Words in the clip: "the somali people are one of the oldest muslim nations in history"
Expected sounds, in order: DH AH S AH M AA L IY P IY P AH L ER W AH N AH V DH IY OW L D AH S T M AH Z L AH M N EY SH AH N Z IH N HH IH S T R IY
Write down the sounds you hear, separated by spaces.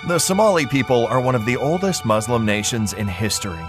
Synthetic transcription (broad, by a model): DH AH S AH M AA L IY P IY P AH L ER W AH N AH V DH IY OW L D AH S T M AH Z L AH M N EY SH AH N Z IH N HH IH S T R IY